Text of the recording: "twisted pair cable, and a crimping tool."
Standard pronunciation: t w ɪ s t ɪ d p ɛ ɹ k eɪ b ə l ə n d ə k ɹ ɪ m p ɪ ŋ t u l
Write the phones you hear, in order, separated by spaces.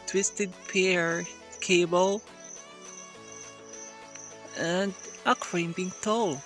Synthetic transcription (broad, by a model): t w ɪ s t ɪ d p ɛ ɹ k eɪ b ə l ə n d ə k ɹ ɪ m b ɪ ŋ t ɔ l